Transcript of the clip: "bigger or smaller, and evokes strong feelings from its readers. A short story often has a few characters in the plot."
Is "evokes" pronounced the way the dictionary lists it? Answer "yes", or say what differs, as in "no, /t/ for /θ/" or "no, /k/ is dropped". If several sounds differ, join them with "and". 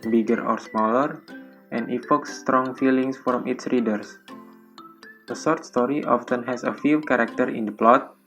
no, /f/ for /v/